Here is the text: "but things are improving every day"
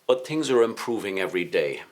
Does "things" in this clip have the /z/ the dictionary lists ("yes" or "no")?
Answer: yes